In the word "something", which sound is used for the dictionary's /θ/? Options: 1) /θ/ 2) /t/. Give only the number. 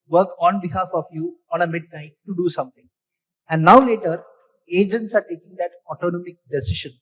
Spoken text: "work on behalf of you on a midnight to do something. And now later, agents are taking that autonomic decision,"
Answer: 2